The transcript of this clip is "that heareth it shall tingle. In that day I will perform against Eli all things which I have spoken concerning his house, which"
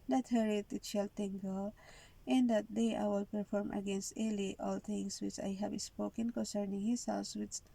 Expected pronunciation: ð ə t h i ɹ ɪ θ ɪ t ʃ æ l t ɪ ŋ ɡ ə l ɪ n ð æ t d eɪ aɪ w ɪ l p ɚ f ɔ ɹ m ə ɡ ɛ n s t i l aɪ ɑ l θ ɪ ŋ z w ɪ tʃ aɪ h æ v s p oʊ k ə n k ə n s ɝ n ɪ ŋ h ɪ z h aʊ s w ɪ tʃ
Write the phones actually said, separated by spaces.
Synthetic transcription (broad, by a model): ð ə t h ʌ ɹ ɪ t ɪ t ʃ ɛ l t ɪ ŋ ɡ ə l ɪ n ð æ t d eɪ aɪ w ɪ l p ɚ f ɔ ɹ m ə ɡ ɛ n s t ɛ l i ɑ l t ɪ ŋ s w ɪ tʃ aɪ h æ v s p oʊ k ə n k ə n s ɝ n ɪ ŋ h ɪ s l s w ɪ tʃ